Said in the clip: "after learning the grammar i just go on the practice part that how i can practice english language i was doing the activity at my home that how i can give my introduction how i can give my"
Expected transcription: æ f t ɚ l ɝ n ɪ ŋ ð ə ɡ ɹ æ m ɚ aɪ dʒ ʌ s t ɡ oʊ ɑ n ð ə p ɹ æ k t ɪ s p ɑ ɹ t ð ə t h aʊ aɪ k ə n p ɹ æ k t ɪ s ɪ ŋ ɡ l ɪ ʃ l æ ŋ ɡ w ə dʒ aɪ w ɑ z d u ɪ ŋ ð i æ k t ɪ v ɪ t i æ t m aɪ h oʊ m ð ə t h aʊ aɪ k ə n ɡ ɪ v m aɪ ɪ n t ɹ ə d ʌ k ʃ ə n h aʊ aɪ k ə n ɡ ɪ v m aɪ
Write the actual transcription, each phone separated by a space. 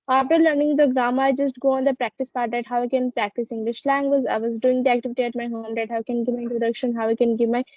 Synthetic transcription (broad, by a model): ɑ f t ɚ l ɝ n ɪ ŋ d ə ɡ ɹ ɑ m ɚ aɪ dʒ ʌ s t ɡ oʊ ɑ n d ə p ɹ æ k t ɪ s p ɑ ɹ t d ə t h aʊ aɪ k ə n p ɹ æ k t ɪ s ɪ ŋ ɡ l ɪ ʃ l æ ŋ ɡ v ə z aɪ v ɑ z d u ɪ ŋ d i æ k t ɪ v ɪ t i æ t m aɪ h oʊ m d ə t h aʊ k ə n ɡ ɪ v m aɪ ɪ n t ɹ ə d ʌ k ʃ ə n h aʊ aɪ k ə n ɡ ɪ v m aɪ